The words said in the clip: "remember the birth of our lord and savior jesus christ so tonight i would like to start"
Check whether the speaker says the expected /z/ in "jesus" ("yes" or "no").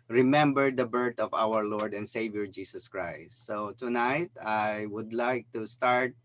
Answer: no